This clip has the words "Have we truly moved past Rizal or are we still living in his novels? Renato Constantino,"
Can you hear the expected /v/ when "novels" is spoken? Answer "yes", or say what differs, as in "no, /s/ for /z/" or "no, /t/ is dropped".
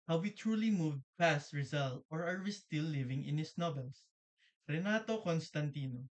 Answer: no, /b/ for /v/